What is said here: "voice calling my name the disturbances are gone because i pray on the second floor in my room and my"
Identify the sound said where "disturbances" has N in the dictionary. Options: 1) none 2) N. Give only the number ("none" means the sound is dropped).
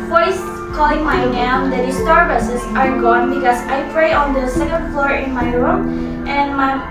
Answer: 1